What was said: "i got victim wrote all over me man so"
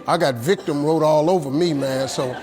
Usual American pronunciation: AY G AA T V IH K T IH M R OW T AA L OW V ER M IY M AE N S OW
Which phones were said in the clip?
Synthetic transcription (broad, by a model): AY G AA T V IH K T IH M R OW T AA L OW V ER M IY M AE N S OW